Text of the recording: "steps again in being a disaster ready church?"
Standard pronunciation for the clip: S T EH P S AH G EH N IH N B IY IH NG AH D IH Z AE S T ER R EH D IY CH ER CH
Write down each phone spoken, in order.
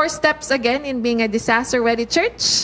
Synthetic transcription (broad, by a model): S T EH P S AH G EH N IH N B IY IH NG AH D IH S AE S T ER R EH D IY CH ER CH